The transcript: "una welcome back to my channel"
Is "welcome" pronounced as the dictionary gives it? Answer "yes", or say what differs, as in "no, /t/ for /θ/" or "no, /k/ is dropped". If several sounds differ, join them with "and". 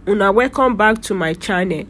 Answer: no, /l/ is dropped